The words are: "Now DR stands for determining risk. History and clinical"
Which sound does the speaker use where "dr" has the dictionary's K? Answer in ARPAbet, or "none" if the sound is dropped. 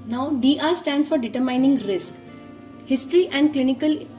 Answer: none